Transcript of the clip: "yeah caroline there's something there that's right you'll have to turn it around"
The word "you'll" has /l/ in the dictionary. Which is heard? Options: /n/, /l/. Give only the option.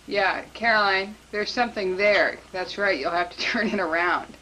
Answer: /l/